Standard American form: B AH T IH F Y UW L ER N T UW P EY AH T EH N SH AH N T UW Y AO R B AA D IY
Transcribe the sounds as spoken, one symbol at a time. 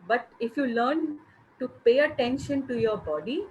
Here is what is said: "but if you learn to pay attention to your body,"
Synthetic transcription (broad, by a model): B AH T IH F Y UW L ER N T UW P EY AH T EH N SH AH N T UW Y AO R B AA D IY